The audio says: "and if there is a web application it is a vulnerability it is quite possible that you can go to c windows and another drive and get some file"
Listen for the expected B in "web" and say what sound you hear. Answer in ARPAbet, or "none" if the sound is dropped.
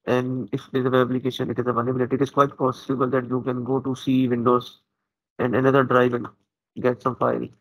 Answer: none